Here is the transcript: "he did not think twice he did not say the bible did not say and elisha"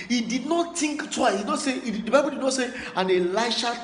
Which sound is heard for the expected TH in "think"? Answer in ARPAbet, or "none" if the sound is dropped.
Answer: T